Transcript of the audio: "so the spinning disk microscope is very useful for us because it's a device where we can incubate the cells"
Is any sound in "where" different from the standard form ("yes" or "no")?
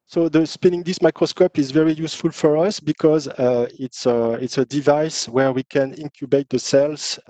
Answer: no